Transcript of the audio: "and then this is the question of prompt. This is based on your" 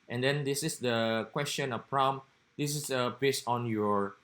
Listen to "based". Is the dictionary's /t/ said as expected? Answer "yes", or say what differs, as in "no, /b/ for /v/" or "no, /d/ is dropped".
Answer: no, /t/ is dropped